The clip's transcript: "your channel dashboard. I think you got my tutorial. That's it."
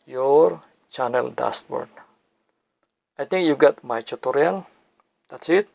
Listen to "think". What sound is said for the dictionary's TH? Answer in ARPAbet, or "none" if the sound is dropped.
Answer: T